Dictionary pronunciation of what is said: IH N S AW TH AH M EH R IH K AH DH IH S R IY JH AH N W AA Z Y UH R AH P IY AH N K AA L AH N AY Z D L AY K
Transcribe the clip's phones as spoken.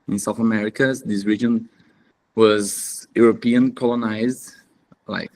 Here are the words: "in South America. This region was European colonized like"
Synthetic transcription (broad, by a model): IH N S AW TH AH M EH R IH K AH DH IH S R IY JH AH N W AA Z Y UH R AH P IY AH N K AA L AH N AY Z D L AY K